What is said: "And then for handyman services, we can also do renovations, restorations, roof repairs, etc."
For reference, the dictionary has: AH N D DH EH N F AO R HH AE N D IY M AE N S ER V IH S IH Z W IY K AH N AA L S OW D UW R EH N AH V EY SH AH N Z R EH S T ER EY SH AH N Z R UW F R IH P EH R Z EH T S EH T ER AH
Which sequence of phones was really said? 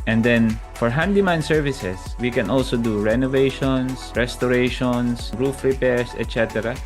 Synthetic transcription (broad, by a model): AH N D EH N F AO R HH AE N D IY M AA N S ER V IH S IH S W IY K AH N AA L S OW D UW R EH N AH V EY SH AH N S R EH S T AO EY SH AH N S R UW F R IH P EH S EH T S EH T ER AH